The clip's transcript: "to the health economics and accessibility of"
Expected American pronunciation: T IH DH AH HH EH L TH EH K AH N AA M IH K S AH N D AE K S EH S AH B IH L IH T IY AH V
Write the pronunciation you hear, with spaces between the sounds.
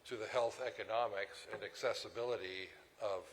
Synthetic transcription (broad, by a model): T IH DH AH HH EH L TH EH K AH N AA M IH K S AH N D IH K S EH S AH B IH L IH T IY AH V